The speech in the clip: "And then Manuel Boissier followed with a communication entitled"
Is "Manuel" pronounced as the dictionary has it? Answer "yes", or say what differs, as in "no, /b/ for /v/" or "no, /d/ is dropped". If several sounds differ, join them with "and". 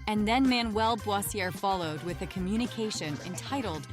yes